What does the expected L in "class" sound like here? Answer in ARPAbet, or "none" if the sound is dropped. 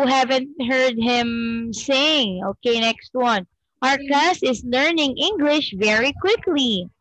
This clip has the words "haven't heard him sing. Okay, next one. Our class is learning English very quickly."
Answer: none